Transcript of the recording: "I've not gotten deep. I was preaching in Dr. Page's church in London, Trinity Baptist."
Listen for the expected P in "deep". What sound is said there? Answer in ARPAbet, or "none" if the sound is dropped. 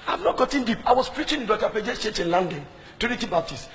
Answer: P